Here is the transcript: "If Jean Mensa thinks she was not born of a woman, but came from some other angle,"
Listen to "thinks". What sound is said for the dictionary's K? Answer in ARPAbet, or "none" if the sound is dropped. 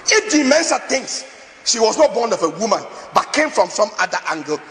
none